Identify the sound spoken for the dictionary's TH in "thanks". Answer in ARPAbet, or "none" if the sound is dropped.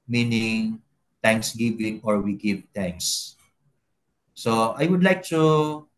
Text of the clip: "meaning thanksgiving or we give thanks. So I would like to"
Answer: T